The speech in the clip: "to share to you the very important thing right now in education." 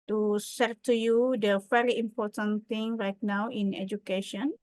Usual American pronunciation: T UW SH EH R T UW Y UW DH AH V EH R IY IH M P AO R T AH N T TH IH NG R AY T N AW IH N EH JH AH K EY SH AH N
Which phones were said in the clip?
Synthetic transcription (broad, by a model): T UW S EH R T UW Y UW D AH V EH R IY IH M P AO T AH N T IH NG R AY T N AW IH N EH JH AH K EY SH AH N